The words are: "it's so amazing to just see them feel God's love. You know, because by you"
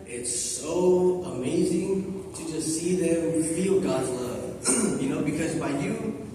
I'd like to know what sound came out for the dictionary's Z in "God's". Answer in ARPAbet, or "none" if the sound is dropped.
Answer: Z